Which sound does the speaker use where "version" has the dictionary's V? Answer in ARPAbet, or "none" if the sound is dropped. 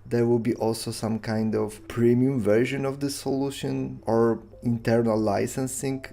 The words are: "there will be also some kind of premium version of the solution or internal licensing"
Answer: V